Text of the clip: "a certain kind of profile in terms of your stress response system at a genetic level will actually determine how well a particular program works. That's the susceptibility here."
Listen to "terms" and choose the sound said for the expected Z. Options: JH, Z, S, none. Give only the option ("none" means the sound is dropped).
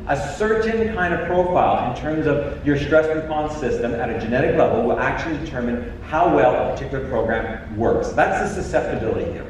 Z